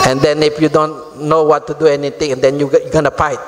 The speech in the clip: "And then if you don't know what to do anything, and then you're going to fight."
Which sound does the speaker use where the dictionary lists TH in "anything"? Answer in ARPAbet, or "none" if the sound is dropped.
T